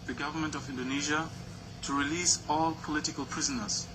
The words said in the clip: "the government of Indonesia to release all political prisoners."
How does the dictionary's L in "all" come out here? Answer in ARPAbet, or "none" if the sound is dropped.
L